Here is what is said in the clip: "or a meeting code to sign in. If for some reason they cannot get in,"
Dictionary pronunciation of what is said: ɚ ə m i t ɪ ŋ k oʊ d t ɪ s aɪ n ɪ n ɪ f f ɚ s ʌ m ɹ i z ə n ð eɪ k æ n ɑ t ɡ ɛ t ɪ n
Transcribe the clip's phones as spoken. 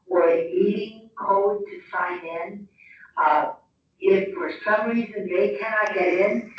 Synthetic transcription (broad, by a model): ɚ ə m i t ɪ ŋ k oʊ d t ɪ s aɪ n ɪ n ɪ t f ɚ s ʌ m ɹ i z ə n ð eɪ k æ n ɑ t ɡ ɛ t ɪ n